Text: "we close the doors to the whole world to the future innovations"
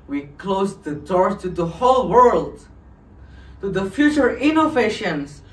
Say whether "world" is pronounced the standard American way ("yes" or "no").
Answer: yes